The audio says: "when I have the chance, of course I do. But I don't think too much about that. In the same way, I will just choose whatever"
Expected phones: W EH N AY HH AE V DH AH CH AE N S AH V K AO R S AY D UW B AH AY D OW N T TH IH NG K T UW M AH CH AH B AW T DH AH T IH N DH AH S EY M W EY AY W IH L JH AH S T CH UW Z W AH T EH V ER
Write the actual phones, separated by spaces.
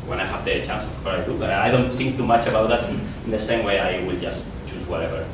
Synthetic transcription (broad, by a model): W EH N AY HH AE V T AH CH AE N S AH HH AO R AY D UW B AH AY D OW N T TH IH NG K T UW M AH CH AH B AW T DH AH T IH N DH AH S EY M W EY AY W IH L JH AH S T CH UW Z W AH T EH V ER